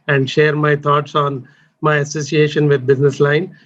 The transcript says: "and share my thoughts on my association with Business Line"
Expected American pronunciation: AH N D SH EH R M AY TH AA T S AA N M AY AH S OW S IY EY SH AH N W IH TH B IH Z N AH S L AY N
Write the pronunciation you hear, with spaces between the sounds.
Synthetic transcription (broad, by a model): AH N D SH EH R M AY T AA T S AA N M AY AH S OW S IY EY SH AH N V IH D B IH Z N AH S L AY N